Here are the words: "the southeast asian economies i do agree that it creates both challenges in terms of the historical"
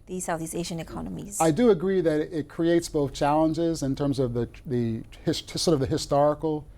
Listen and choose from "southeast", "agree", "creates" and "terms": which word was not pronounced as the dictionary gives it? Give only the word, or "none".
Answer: southeast